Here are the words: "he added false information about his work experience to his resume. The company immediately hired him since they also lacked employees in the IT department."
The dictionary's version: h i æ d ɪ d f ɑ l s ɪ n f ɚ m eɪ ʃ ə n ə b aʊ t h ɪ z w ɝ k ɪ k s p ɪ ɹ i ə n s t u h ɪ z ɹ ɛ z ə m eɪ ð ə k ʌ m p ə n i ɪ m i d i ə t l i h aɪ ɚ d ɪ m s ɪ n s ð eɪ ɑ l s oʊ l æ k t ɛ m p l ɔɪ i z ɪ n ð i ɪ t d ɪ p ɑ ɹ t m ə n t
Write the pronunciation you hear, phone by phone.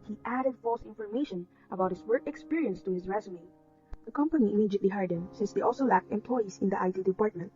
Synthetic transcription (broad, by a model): h i æ d ɪ d f ɑ l s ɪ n f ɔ m eɪ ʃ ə n ə b aʊ t h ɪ s w ɝ k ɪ k s p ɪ ɹ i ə n s t u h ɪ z ɹ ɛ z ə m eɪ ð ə k ʌ m p ə n i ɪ m i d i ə t l i h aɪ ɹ d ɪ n s ɪ n s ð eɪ ɑ l s oʊ l æ k t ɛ m p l ɔɪ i s ɪ n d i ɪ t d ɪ p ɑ ɹ t m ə n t